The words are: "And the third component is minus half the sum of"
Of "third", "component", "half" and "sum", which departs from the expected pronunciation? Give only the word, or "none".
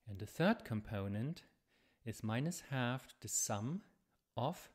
none